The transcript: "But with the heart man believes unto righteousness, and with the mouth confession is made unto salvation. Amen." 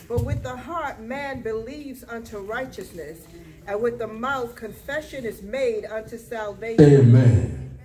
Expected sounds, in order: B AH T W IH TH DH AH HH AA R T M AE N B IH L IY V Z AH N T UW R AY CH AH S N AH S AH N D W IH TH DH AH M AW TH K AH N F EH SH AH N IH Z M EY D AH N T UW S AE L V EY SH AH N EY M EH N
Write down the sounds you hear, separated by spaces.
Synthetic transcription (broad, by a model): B AH T W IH DH AH HH AA R T M AE N B IH L IY V Z AH N T UW R AY CH AH S N AH S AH N W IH DH AH M AW TH K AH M F EH SH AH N IH Z M EY D AH N T UW S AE L V EY AH EY M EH N